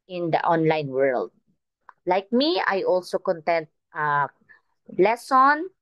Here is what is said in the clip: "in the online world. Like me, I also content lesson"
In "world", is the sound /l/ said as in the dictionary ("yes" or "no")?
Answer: yes